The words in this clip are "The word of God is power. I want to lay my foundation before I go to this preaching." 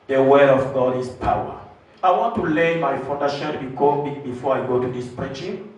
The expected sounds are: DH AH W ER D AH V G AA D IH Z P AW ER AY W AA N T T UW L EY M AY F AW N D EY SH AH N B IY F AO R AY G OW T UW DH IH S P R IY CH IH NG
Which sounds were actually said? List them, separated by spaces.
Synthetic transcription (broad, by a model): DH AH W ER D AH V G AA D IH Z P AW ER AY W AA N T T UW L EY M AY F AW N D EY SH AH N B IY F AO R AY G OW T UW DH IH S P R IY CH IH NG